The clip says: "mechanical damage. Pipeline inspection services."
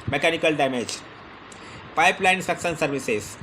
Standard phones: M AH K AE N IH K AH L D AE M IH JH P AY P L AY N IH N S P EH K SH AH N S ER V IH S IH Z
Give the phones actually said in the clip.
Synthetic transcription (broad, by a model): M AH K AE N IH K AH L D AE M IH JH P AY P L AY IH N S EH K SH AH N S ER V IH S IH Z